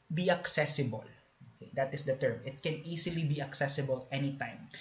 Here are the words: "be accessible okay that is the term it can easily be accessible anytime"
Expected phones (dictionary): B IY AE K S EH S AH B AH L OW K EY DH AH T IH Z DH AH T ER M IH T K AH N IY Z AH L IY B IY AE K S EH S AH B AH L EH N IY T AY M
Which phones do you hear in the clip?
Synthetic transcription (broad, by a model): B IY AE K S EH S AH B AH L OW K EY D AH T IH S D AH T ER M IH T K AH N IY S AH L IY B IY AE K S EH S AH B AH L EH N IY T AY M